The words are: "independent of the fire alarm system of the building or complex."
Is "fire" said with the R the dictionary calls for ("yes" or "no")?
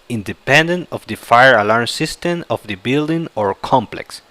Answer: yes